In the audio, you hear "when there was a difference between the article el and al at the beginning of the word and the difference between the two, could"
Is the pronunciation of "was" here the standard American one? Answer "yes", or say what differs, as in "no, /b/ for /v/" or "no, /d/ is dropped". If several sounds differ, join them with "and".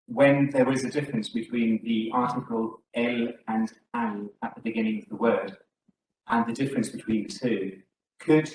yes